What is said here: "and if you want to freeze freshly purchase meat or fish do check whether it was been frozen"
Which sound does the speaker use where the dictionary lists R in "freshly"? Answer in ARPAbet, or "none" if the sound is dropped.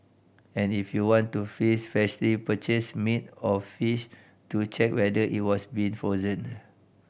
none